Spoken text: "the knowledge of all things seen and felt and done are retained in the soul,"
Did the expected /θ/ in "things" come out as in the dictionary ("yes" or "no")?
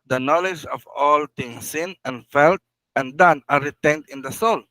no